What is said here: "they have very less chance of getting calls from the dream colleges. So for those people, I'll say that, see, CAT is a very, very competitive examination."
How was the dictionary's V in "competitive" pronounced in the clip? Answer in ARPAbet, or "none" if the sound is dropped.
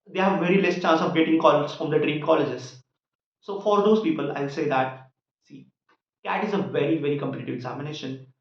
V